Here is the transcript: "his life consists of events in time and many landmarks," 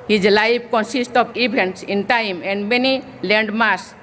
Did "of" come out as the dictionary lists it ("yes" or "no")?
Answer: no